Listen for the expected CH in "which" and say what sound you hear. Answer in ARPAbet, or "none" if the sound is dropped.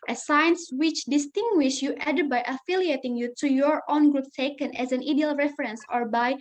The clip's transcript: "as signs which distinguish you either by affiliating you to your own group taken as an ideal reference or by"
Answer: CH